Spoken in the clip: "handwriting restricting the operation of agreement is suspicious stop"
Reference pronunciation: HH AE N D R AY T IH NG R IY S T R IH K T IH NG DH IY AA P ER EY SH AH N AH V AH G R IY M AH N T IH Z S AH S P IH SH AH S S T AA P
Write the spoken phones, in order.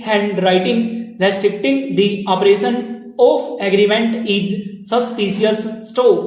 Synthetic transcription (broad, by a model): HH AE N D R AY T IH NG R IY S T R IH K T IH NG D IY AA P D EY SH AH N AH P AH G R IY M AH N T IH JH S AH S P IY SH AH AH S T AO